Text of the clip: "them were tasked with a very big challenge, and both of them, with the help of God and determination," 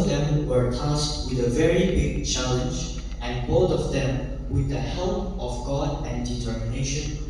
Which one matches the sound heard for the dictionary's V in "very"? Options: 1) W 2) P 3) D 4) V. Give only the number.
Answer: 4